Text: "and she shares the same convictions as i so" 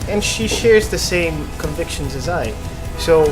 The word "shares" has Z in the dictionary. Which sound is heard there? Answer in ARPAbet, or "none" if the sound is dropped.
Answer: Z